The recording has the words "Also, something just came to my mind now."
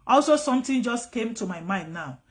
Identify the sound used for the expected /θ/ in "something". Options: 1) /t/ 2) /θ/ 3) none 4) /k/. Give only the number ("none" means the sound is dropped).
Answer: 1